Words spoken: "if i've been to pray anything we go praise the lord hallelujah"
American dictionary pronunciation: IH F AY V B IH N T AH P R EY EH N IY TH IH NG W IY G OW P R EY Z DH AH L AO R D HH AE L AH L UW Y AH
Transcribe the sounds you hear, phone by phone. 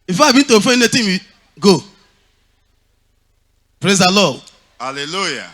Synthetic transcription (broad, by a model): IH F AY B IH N T AH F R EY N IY T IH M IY G OW P R EY Z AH L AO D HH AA L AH L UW Y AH